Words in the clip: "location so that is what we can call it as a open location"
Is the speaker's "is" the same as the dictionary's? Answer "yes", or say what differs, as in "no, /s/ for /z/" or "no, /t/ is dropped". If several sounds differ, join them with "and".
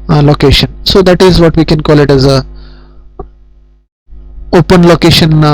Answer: yes